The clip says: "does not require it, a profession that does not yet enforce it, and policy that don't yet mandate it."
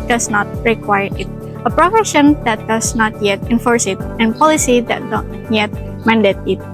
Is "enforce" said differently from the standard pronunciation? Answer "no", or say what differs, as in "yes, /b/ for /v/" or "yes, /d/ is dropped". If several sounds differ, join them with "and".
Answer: no